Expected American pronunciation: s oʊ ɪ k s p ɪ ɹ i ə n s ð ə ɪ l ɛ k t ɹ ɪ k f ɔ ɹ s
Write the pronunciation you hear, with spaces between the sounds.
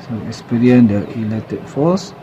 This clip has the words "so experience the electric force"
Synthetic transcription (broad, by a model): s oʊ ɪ k s p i ɹ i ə n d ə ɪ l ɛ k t ɪ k f ɔ s